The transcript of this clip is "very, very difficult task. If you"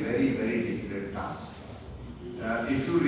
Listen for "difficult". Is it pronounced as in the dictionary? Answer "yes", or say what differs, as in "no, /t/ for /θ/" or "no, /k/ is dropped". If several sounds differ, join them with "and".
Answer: no, /l/ is dropped